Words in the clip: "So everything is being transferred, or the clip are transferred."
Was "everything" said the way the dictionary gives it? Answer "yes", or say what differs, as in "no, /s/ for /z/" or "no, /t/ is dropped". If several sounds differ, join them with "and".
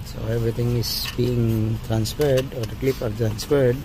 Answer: no, /t/ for /θ/